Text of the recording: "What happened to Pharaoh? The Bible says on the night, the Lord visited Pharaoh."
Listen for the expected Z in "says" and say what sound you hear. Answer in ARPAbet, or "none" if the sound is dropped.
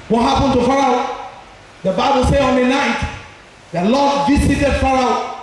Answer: none